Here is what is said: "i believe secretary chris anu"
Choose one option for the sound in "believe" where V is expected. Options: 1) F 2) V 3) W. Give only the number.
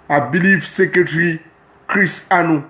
1